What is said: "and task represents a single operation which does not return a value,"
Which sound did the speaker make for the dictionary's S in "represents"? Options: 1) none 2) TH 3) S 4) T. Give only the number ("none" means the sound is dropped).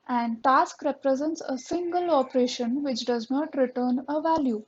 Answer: 3